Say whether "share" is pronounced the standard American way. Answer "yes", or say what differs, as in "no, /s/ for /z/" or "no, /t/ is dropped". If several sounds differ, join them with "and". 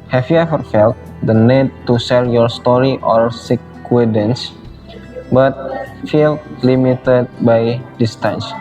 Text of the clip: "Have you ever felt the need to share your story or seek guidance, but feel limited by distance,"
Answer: no, /s/ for /ʃ/ and /l/ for /ɹ/